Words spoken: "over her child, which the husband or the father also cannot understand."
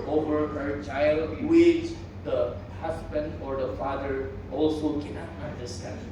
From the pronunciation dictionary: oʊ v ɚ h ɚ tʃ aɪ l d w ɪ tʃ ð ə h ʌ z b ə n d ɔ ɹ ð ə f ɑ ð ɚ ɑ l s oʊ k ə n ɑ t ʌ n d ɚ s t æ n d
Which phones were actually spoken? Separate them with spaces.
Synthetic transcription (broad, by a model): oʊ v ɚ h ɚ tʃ aɪ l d w ɪ tʃ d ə h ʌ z b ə n d ɔ ɹ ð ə f ɑ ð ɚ ɑ l s oʊ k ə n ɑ ʌ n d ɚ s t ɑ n